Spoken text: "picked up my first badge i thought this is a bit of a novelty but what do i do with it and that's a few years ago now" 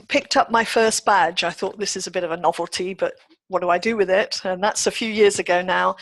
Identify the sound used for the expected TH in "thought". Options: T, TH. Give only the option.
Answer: TH